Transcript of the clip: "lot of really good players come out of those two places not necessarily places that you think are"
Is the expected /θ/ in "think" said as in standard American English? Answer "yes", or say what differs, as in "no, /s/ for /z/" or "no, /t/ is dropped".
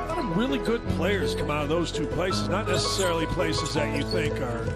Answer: yes